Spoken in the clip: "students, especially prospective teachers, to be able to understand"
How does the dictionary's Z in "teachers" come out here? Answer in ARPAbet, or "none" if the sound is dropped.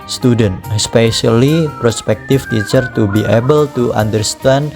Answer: none